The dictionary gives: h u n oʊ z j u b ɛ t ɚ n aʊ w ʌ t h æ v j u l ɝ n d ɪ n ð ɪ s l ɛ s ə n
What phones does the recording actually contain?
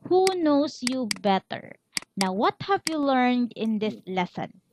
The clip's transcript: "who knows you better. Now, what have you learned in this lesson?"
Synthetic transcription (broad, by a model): h u n oʊ s j u b ɛ t ɚ n aʊ w ʌ t h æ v j u l ɝ n d ɪ n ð ɪ s l ɛ s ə n